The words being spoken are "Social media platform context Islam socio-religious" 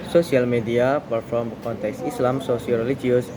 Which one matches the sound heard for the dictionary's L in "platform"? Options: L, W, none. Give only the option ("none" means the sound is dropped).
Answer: none